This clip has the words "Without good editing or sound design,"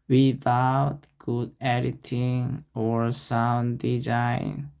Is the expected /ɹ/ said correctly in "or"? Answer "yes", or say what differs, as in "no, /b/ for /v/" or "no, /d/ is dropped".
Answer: yes